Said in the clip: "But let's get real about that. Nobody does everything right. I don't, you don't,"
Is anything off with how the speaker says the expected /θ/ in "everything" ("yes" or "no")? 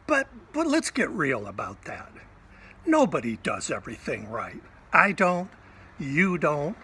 no